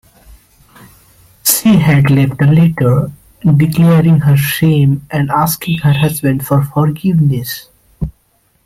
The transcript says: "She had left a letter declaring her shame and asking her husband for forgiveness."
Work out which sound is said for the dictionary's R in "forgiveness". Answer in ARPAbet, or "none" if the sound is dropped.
R